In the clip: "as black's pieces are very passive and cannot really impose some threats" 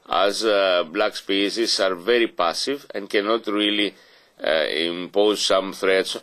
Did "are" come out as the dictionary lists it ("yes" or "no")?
yes